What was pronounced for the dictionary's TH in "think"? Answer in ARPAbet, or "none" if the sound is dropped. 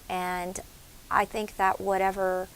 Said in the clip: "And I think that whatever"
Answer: TH